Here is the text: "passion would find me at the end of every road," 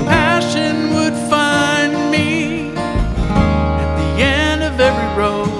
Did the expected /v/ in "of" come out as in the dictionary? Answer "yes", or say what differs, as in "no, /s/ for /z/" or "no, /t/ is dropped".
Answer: yes